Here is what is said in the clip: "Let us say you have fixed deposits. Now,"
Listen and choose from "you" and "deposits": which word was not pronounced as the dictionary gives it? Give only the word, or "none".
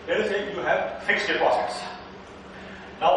deposits